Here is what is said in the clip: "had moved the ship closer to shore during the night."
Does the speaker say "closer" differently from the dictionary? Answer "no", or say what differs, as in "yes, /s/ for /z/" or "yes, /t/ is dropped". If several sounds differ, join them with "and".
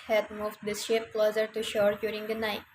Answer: no